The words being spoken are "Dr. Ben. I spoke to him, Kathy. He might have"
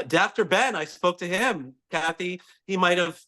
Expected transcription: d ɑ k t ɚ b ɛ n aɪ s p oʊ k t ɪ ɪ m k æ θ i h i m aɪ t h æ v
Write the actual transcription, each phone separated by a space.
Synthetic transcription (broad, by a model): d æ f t ɚ b ɛ n aɪ s p oʊ k t ɪ ɪ m k æ θ i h i m aɪ t h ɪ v